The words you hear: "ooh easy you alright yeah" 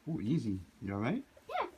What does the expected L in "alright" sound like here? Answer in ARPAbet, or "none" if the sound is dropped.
none